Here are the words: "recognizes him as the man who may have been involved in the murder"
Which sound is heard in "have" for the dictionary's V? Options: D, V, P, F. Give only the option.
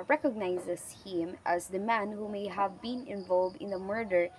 V